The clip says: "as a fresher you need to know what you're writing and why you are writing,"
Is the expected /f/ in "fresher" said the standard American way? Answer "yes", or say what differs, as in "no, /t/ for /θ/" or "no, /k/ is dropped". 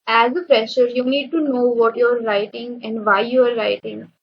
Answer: no, /p/ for /f/